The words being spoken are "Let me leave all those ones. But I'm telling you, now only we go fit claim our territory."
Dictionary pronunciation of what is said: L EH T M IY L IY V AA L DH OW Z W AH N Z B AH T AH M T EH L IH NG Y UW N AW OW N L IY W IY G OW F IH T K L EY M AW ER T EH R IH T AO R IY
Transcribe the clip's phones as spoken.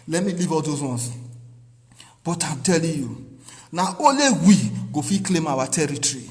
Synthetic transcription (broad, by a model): L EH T M IY L IY V AA L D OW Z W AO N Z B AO T AH M T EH L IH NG Y UW N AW OW L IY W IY G OW F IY K L EY M AW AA T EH R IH T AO R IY